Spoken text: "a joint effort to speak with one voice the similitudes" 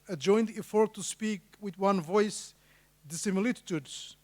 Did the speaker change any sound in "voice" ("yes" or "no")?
no